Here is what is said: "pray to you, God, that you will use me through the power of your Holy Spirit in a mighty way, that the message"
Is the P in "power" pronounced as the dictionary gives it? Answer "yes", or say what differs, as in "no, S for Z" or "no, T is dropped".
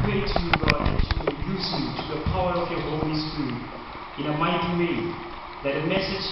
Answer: yes